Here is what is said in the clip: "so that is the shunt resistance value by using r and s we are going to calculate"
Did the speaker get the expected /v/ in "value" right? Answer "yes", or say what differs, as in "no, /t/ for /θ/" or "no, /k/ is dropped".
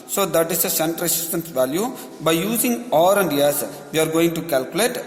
yes